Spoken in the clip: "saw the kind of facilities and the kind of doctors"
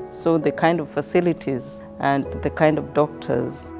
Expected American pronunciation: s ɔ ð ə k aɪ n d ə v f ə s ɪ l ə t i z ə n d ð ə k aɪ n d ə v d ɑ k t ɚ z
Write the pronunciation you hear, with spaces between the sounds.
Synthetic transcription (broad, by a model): s ɔ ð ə k aɪ n d ə v f ə s ɪ l ə t i z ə n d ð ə k aɪ n d ə v d ɑ k t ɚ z